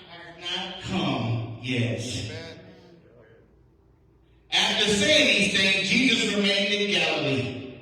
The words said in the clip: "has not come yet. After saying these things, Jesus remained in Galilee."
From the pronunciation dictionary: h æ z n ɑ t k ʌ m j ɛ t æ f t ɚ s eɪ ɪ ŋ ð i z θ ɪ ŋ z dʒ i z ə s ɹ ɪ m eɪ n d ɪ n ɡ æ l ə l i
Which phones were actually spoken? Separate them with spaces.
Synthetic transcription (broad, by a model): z n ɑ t k ʌ m j ɛ t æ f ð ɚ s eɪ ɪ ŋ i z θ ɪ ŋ dʒ i z ə s ɹ ɪ m eɪ n d ɪ n ɡ æ l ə l i